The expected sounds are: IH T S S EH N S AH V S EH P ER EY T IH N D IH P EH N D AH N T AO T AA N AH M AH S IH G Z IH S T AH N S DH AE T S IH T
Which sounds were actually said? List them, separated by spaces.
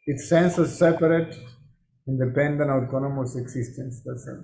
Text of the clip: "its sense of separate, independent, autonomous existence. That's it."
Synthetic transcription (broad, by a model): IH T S S EH N S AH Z S EH P ER EY T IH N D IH P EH N D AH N AO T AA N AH M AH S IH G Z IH S T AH N S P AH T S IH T